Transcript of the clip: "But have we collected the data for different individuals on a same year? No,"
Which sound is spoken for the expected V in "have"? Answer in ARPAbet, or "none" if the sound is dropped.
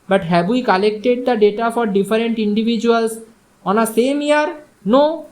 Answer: B